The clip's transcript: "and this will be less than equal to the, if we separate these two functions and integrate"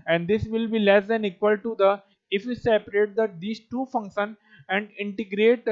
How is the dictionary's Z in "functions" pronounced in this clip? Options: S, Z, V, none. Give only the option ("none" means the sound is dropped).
none